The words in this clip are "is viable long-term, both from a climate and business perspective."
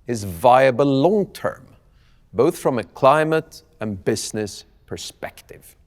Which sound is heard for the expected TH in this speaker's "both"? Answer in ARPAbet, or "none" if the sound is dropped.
TH